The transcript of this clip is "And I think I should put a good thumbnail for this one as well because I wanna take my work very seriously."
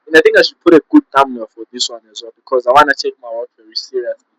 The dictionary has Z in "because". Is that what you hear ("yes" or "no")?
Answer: yes